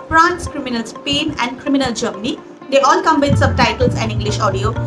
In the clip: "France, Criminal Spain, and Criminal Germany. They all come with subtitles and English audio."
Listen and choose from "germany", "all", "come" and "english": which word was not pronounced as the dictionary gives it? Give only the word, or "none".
none